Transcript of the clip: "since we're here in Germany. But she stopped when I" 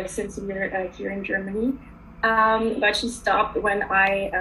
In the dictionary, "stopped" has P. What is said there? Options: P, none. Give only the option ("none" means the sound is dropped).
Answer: P